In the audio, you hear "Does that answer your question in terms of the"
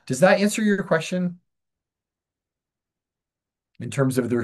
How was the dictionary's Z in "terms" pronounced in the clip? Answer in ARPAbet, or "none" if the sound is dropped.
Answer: Z